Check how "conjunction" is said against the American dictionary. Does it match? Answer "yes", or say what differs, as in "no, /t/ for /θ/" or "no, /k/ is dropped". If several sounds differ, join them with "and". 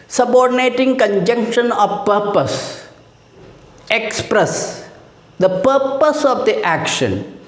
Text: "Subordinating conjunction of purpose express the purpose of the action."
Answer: yes